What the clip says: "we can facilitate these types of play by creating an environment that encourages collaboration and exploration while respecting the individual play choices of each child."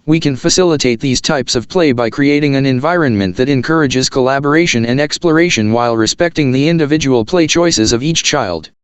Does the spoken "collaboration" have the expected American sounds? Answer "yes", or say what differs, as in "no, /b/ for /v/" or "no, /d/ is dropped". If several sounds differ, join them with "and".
yes